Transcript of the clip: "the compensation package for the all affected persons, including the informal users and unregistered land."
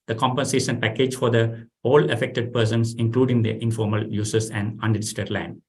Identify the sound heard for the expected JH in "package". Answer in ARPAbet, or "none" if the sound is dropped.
JH